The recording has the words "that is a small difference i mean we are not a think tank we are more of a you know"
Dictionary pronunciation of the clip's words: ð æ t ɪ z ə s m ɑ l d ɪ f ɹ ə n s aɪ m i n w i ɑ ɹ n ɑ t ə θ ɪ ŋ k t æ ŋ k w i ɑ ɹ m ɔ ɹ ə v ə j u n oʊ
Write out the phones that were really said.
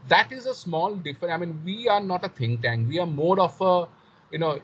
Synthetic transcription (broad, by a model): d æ t ɪ z ə s m ɑ l d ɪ f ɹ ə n aɪ m i n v i ɑ ɹ n ɑ t ə t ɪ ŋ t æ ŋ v i ɑ ɹ m ɔ ɹ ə f ə j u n oʊ